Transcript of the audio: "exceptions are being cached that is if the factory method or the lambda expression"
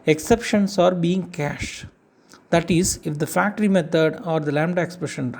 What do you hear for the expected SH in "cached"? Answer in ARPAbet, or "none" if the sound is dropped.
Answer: SH